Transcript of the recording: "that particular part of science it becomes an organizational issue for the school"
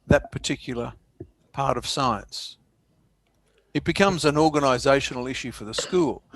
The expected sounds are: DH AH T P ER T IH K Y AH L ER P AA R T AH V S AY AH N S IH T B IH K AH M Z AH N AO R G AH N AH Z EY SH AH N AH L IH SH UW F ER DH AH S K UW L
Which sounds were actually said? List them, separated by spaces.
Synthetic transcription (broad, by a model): DH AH T P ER T IH K Y L ER P AA R T AH V S AY AH N S IH T B IH K AH M Z AH N AO R G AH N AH Z EY SH N L IH SH UW F ER DH AH S K UW L